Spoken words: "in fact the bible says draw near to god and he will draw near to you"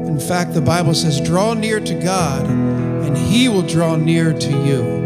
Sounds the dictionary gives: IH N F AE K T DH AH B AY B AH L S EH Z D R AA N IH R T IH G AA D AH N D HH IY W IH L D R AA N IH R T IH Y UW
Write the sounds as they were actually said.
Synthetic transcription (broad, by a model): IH N F AE K T DH AH B AY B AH L S EH Z D R AA N IH R T IH G AA D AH N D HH IY W IH L D R AA N IH R T IH Y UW